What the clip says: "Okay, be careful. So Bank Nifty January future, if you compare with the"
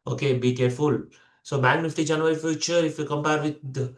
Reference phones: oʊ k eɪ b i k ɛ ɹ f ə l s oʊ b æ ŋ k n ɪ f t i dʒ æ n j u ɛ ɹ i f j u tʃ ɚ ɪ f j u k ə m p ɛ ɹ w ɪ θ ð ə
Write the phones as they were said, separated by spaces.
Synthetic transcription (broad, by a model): oʊ k eɪ b i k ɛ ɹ f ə l s oʊ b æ k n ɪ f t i dʒ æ n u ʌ ɹ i f j u tʃ ɚ ɪ f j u k ə m p ɛ ɹ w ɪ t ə